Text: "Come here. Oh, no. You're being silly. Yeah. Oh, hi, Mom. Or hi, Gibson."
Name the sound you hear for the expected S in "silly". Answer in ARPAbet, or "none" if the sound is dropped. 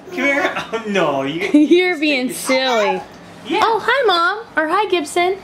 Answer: S